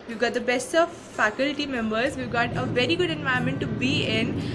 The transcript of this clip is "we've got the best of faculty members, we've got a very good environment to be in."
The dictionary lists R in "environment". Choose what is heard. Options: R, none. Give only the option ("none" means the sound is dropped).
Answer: none